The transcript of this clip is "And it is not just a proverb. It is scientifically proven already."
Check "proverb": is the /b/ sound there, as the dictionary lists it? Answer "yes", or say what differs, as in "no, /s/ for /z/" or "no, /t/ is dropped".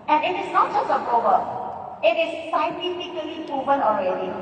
no, /b/ is dropped